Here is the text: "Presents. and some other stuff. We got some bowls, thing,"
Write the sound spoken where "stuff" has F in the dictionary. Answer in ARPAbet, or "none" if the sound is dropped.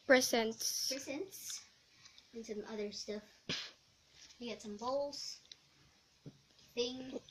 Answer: F